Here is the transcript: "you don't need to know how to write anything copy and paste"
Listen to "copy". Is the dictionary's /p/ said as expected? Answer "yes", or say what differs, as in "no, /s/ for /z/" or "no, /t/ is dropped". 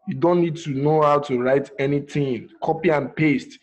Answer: yes